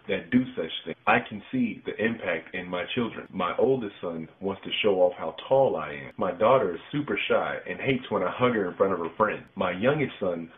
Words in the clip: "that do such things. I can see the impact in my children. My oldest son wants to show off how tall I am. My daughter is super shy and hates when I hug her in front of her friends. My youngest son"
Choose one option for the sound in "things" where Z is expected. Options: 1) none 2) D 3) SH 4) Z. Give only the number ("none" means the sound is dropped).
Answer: 1